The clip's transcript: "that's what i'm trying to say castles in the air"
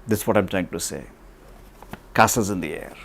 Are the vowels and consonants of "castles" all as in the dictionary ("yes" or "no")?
no